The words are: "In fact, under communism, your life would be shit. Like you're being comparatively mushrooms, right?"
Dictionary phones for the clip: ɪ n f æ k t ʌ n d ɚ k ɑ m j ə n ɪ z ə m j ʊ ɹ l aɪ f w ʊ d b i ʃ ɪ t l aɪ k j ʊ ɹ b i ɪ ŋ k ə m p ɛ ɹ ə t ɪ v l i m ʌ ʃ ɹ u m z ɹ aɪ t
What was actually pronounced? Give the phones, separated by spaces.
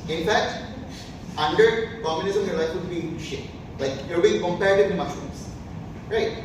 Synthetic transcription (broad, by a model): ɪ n f æ k t ʌ n d ɚ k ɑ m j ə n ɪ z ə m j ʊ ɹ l aɪ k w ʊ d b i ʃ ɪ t l aɪ k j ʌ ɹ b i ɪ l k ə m p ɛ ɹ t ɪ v i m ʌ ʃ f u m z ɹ aɪ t